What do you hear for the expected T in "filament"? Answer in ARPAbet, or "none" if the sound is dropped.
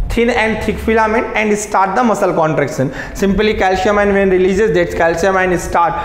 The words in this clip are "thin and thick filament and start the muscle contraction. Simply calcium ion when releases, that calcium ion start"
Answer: none